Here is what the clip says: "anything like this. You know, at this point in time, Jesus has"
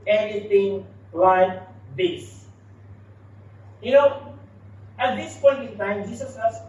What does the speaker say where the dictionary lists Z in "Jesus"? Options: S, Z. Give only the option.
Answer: S